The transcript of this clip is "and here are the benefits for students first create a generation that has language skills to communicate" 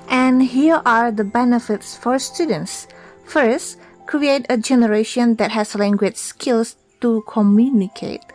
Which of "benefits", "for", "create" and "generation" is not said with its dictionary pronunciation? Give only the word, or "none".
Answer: none